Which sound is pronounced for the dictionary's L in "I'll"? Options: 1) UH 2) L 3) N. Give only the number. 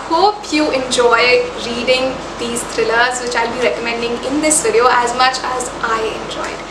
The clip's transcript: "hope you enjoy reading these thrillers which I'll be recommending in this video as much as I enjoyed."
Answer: 2